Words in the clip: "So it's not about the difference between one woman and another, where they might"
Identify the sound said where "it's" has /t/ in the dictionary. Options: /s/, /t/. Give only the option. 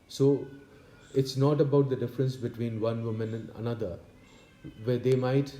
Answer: /t/